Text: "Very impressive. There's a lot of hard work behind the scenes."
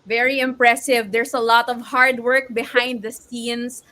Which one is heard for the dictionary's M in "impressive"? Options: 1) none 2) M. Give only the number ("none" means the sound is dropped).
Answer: 2